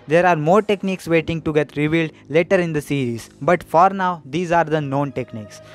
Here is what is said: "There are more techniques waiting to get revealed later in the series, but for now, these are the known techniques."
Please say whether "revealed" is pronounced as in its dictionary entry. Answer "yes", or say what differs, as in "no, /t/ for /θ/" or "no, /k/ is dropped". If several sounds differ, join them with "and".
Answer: yes